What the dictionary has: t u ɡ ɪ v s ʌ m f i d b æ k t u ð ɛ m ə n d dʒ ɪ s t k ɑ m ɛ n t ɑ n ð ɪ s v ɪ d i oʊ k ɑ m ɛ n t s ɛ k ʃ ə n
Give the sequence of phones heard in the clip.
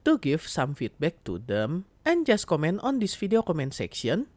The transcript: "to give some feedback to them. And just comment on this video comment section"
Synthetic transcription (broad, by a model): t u ɡ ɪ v s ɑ m f i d b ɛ k t u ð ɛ m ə n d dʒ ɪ s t k ɑ m ɛ n t ɑ n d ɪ s f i d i oʊ k ɑ m ɛ n t s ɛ k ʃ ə n